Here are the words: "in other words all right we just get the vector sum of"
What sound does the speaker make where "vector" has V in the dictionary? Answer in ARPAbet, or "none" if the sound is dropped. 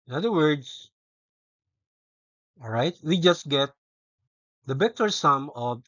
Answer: B